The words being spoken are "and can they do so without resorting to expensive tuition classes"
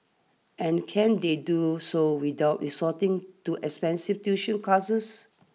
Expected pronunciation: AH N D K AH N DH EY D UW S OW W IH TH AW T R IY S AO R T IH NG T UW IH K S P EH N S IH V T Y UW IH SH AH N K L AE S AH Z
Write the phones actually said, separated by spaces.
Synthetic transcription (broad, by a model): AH N K AH N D EY D UW S OW W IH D AW T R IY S AO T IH NG T UW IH K S P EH N S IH F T Y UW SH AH N K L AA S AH S